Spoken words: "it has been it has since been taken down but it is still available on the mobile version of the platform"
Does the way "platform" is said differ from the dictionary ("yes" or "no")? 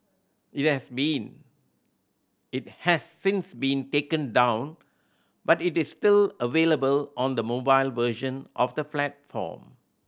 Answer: yes